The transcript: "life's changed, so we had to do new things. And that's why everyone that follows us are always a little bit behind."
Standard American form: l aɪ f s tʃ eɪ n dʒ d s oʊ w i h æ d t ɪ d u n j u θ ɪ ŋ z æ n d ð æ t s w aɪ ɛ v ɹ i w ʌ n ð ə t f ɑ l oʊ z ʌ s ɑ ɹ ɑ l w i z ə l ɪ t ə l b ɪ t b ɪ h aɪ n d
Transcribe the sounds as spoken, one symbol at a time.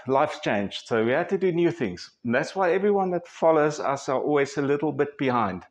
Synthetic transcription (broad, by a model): l aɪ f tʃ eɪ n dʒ s oʊ w i h æ d t ɪ d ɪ n j u θ ɪ ŋ z n ð æ t s w aɪ ɛ v ɹ i w ʌ n ð ə t f ɑ l oʊ z ʌ s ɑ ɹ ɑ l w i z ə l ɪ t l b ɪ t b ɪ h aɪ n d